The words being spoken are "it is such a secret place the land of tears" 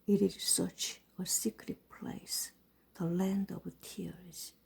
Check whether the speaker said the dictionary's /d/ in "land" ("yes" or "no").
yes